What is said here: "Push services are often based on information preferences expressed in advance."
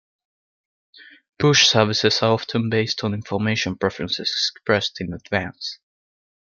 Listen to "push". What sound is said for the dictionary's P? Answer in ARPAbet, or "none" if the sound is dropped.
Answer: B